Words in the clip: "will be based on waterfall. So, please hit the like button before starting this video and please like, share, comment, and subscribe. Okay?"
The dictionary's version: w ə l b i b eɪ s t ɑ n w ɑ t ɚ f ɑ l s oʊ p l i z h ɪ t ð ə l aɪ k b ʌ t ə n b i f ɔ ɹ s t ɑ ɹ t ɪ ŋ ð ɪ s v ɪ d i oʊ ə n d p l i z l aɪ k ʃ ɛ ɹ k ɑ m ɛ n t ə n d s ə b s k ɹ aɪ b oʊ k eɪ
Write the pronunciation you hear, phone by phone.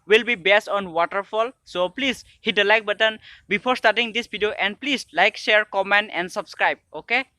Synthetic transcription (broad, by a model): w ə l b i b eɪ s t ɑ n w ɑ t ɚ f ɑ l s oʊ p l i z h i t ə l aɪ k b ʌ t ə n b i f ɔ ɹ s t ɑ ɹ t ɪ ŋ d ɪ s b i d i oʊ ə n d p l i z l aɪ k ʃ ɛ ɹ k ɑ m ɛ n t ə n d s ə b s k ɹ aɪ b oʊ k eɪ